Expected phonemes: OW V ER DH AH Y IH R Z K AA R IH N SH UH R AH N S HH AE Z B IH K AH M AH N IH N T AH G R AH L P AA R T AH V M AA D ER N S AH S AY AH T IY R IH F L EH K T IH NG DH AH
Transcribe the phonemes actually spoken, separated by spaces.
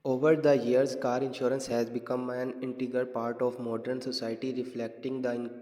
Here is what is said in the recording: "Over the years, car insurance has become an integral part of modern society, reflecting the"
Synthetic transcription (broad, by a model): OW V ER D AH Y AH R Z K AA R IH N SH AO R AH N S HH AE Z B IH K AH M AH N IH N T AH G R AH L P AA R T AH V M AA D ER N S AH S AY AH T IY R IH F L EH K T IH NG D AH